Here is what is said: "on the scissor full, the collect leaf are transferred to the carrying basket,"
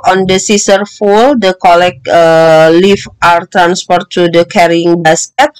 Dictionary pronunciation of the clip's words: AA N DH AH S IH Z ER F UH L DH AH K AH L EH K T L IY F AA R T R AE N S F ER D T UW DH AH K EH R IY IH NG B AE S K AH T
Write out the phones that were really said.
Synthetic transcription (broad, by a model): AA N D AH S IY S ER F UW L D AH K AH L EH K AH L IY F AA R T R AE N S P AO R T UW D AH K EH R IY IH NG B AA S K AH T